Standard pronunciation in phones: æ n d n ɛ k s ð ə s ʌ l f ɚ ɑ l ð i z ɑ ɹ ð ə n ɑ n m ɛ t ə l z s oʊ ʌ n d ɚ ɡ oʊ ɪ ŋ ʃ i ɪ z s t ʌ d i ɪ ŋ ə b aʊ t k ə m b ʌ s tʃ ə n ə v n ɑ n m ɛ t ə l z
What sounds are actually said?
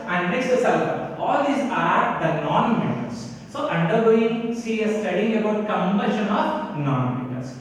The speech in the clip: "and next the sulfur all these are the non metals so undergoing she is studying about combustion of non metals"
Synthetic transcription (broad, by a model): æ n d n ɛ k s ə s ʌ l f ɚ ɑ l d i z ɑ ɹ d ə n ɑ n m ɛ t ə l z s oʊ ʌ n d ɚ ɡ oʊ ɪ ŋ s i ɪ s t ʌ d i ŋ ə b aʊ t k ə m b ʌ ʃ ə n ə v n ɑ n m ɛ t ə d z